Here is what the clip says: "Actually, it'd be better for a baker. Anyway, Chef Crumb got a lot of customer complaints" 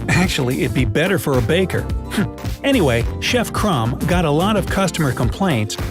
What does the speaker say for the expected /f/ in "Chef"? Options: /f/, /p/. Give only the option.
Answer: /f/